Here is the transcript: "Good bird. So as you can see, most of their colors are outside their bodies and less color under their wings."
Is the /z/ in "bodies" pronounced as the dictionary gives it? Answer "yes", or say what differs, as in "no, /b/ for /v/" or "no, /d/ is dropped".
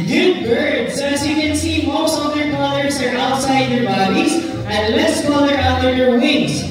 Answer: yes